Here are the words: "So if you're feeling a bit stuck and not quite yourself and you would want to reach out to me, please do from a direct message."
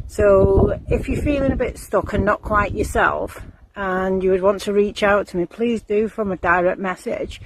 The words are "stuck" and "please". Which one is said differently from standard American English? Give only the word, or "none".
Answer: none